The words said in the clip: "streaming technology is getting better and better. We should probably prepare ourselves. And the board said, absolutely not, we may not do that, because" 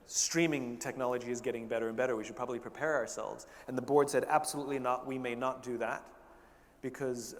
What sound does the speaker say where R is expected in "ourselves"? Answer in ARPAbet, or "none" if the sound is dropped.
R